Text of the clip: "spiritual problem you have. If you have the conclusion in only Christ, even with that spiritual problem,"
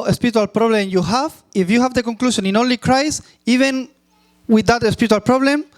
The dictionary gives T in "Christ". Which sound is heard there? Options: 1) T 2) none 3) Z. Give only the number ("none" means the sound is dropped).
2